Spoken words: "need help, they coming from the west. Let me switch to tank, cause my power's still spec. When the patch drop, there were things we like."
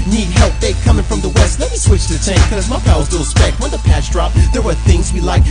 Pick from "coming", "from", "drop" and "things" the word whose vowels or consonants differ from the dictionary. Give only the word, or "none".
none